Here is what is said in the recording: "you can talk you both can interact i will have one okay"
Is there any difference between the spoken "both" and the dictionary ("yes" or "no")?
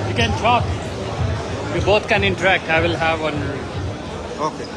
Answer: yes